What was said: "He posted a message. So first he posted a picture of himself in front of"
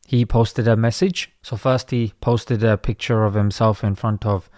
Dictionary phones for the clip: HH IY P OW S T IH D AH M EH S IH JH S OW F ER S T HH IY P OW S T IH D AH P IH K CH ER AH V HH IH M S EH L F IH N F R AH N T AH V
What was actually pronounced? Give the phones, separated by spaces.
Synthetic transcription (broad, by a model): HH IY P OW S T IH D AH M EH S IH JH S OW F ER S T HH IY P OW S T IH D AH P IH K CH ER AH V HH IH M S EH L F IH N F R AH N T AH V